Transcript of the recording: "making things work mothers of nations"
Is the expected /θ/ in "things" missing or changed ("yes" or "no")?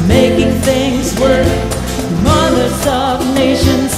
no